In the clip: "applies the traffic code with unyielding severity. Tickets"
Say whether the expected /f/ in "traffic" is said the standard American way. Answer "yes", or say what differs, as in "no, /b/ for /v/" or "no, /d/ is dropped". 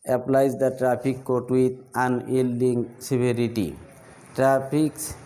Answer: no, /p/ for /f/